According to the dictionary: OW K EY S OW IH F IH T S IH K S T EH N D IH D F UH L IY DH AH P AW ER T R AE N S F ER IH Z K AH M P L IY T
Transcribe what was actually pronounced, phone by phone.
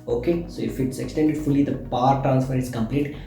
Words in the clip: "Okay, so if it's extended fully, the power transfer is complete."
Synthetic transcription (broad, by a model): OW K EY S OW IH F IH T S IH K S T EH N D IH D F UH L IY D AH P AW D T R AE N S F ER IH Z K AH M P L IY T